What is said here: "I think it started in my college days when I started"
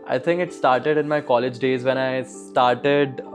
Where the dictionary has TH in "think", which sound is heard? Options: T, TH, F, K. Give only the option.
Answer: T